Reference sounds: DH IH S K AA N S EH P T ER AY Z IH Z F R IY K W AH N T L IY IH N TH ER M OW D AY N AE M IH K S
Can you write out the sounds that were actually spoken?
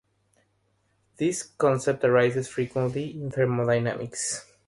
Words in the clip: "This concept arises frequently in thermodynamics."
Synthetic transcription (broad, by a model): DH IH S K AA N S EH P T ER AY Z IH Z F R IY K W AH N T L IY IH N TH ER M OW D AY N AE M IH K S